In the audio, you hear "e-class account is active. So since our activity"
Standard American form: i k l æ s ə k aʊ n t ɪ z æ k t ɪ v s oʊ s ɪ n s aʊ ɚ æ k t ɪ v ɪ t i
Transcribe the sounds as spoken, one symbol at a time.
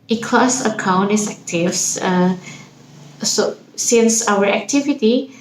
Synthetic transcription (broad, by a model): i k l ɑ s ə k aʊ n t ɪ s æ k t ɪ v s oʊ s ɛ l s aʊ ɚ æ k t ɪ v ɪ t i